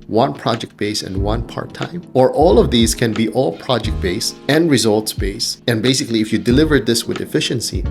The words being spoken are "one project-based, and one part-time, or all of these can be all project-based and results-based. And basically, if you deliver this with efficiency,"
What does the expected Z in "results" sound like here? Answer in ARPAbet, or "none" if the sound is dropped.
Z